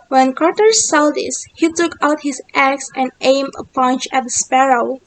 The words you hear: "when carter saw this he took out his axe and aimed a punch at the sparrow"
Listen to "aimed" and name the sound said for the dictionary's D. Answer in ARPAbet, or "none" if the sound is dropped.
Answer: none